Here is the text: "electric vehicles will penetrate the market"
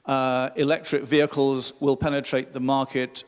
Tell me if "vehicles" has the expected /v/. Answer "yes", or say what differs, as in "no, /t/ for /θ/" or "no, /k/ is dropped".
yes